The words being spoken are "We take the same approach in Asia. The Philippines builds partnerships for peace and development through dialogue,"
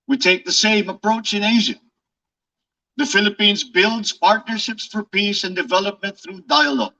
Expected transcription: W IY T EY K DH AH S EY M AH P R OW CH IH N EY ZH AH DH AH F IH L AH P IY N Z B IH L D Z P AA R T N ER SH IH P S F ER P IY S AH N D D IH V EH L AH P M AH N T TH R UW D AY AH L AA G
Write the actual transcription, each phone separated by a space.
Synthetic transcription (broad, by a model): W IY T EY K DH AH S EY M AH P R OW CH IH N EY ZH AH DH AH F IH L AH P IY N Z B IH L D Z P AA R T N ER SH IH P S F ER P IY S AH N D D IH V EH L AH P M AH N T TH R UW D AY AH L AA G